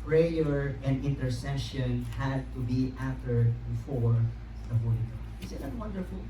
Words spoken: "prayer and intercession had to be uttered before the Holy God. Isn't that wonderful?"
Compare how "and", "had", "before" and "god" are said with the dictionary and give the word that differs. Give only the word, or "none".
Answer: god